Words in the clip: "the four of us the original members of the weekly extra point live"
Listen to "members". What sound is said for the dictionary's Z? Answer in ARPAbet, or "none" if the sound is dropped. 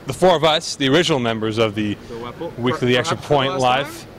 Z